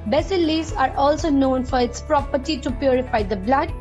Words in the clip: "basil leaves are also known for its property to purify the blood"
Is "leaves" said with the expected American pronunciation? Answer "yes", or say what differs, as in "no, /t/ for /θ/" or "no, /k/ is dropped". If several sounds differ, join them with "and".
no, /v/ is dropped